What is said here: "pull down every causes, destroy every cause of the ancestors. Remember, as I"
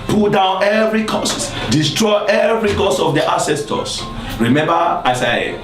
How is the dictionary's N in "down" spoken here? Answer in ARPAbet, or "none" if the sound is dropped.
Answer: N